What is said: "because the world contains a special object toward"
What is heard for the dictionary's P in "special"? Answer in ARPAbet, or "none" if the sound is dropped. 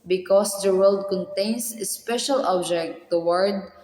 P